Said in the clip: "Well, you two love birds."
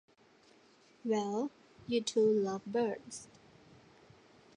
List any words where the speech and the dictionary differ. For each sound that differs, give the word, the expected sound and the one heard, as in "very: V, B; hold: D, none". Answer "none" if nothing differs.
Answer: none